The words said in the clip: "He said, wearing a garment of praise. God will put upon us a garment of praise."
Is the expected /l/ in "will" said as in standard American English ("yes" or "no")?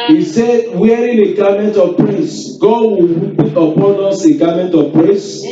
no